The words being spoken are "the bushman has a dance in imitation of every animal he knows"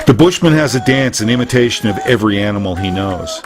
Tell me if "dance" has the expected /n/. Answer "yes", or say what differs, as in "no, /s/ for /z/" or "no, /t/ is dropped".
yes